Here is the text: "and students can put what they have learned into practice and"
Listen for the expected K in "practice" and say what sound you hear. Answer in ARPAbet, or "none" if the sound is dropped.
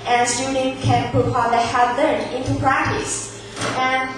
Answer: K